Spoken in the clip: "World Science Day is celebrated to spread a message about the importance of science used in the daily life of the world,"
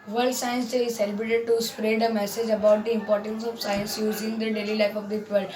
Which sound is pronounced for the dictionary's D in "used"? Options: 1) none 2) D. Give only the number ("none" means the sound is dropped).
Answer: 1